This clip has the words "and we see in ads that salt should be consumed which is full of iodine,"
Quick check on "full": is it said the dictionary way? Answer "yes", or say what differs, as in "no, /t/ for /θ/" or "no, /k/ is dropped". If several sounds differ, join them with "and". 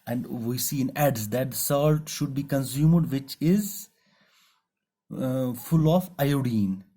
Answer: yes